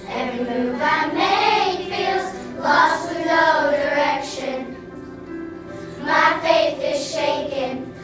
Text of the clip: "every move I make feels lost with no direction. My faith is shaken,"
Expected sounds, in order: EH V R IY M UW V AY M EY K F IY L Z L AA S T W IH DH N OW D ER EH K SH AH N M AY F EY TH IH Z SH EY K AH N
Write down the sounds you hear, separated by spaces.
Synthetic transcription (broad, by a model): EH V R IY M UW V AY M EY F IY L Z L AA S T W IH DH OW D ER EH K SH AH N M AY F EY TH IH Z SH EY K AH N